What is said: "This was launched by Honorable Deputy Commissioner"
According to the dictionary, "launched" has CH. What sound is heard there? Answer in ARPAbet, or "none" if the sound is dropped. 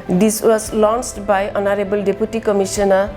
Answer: S